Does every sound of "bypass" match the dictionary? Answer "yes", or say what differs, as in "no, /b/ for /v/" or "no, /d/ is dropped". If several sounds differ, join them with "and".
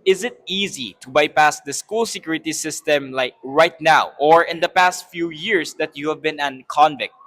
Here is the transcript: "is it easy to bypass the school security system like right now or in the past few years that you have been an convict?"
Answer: yes